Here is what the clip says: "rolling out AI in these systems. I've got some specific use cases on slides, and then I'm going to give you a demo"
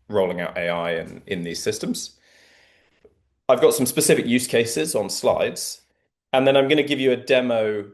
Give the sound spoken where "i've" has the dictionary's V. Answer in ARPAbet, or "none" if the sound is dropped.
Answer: V